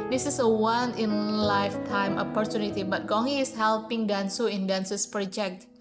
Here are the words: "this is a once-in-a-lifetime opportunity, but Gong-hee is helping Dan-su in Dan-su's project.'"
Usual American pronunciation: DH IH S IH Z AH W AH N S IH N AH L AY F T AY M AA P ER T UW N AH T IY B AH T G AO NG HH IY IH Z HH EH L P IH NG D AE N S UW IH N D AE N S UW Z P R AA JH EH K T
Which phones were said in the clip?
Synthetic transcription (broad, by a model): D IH S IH S AH W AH N IH N L AY F T AY M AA P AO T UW N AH T IY B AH T G AO NG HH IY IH S HH EH L P IH NG D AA N S UW IH N D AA N S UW S P R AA JH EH K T